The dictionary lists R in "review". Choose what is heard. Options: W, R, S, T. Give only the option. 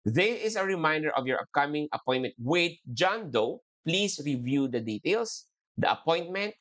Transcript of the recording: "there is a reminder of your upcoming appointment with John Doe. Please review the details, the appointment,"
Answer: R